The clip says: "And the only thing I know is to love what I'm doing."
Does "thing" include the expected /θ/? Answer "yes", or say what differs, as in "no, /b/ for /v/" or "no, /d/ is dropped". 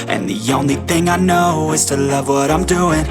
yes